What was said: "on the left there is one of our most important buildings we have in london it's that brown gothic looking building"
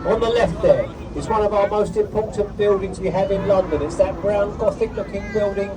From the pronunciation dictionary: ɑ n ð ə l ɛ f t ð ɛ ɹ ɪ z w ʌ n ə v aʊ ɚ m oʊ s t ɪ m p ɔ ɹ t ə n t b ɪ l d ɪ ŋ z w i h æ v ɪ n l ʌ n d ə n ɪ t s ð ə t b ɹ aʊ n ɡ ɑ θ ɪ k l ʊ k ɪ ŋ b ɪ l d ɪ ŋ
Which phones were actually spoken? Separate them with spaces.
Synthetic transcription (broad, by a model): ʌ n ð ə l ɛ f t ð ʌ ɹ ɪ z w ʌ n ə v aʊ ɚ m oʊ s t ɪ m p ɔ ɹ t n b ɪ l d ɪ ŋ z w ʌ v ɪ n l ʌ n d ə n ɪ t s ð ə t b ɹ aʊ n ɡ ɑ θ ɪ k l ʊ k ɪ ŋ b ɪ l d ɪ ŋ